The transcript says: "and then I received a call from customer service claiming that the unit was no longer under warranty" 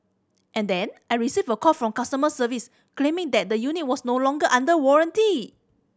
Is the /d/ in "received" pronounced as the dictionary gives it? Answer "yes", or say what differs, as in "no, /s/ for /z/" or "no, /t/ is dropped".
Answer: no, /d/ is dropped